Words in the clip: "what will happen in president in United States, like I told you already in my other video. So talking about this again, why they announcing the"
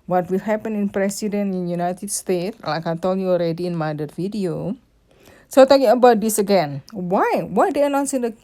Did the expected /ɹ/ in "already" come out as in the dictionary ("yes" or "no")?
yes